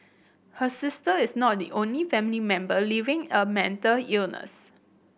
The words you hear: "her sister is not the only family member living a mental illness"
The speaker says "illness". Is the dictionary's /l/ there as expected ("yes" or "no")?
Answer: yes